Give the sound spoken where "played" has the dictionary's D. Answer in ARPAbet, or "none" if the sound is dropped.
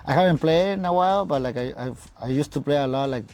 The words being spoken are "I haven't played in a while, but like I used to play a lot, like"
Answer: none